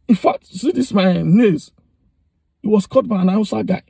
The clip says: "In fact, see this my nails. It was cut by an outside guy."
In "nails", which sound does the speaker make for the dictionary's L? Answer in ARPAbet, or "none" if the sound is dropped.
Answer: none